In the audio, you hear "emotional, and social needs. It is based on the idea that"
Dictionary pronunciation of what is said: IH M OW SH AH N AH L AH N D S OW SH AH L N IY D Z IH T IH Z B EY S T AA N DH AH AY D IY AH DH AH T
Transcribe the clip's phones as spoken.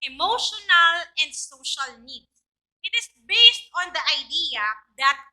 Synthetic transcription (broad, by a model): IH M OW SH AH N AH L AH N D S OW SH AH L N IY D S IH T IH S B EY S T AA N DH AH AY D IY AH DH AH T